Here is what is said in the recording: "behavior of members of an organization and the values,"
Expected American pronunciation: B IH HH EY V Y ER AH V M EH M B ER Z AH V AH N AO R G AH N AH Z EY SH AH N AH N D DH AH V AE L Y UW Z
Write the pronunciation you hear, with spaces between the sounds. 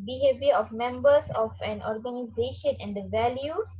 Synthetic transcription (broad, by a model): B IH HH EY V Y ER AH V M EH M B ER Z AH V AH N AO R G AH N AH Z EY SH AH N AH N D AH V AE L Y UW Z